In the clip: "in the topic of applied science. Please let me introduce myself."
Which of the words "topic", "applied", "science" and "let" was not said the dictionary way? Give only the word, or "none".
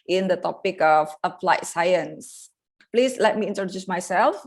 applied